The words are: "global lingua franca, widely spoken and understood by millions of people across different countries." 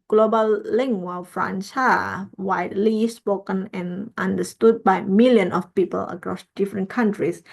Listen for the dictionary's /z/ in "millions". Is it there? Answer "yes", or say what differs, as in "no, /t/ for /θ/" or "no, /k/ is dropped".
no, /z/ is dropped